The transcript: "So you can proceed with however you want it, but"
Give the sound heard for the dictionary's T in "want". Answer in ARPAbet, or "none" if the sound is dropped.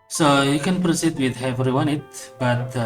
none